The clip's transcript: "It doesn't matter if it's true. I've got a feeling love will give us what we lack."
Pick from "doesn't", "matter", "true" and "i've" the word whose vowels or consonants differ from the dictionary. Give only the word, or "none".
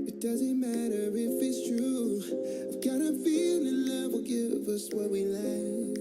none